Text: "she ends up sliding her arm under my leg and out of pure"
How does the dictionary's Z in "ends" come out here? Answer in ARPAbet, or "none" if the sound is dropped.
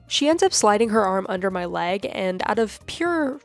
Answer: Z